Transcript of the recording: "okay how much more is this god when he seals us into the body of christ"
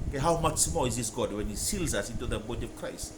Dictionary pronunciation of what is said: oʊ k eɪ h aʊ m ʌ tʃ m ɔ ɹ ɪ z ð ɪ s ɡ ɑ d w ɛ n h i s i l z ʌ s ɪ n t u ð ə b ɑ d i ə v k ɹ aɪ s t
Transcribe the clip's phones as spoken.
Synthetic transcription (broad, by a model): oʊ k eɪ h aʊ m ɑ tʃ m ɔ l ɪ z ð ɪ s ɡ ɑ d w ɛ n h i s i l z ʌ s ɪ n t u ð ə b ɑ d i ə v k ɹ aɪ s t